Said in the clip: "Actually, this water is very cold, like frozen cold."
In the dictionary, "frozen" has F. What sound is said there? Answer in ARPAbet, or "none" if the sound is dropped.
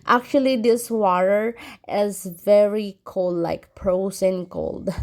P